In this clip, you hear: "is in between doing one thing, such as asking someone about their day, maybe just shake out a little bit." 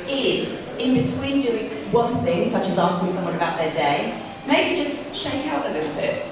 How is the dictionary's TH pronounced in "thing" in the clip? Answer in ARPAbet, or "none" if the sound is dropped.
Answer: TH